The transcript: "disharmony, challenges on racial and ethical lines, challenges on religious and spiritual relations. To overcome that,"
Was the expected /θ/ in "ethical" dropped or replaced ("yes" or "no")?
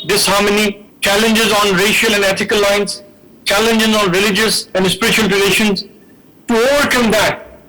yes